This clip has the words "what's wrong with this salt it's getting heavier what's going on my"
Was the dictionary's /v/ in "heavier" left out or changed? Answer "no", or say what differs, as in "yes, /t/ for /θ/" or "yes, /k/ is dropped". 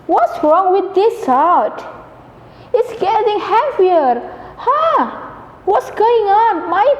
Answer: yes, /f/ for /v/